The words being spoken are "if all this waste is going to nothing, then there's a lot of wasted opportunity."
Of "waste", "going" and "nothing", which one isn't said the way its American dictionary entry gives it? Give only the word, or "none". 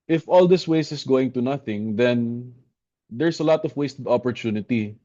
waste